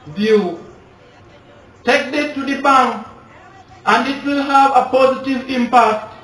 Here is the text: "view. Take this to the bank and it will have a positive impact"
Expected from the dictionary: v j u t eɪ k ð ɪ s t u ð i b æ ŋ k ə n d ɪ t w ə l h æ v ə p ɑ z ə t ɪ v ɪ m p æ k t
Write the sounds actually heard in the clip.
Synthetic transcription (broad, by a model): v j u t eɪ k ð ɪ t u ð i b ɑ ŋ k ə n d ɪ t w ə l h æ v ə p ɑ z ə t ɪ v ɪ m p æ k t